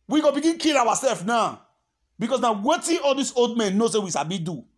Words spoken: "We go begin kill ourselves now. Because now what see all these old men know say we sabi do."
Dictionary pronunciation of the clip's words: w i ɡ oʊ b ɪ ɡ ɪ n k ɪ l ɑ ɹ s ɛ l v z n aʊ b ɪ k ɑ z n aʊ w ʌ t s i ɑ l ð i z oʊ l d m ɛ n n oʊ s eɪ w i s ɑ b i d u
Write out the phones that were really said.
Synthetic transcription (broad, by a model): w i ɡ oʊ b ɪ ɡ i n k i l ɑ w s ɛ l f n aʊ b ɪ k ɑ s n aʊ w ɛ t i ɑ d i s oʊ l d m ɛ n n oʊ s eɪ w i ʃ ɑ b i d u